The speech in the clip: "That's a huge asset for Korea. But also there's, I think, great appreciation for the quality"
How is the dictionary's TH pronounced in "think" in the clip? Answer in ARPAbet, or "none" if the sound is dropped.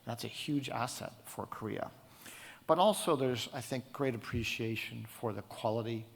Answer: TH